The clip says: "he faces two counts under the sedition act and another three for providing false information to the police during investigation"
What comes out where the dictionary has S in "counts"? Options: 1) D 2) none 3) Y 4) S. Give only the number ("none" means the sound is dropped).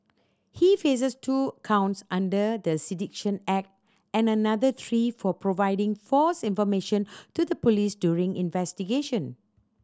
4